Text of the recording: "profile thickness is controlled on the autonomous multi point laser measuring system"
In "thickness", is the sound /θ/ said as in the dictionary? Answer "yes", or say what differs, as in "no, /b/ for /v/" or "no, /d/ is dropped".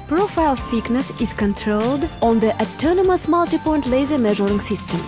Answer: no, /f/ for /θ/